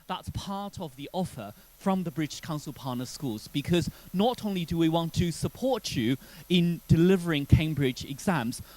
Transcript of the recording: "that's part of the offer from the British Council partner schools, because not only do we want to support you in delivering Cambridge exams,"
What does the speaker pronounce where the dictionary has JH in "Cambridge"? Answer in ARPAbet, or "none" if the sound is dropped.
JH